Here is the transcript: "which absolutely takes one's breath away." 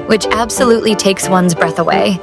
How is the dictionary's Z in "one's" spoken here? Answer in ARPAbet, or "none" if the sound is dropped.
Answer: Z